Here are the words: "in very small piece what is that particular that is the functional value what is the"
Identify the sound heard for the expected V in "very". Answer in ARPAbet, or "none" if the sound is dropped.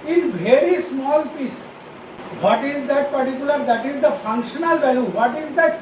B